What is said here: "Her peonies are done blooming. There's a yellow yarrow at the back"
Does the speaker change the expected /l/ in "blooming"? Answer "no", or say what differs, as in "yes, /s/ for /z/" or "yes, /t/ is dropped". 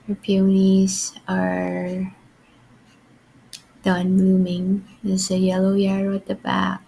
yes, /l/ is dropped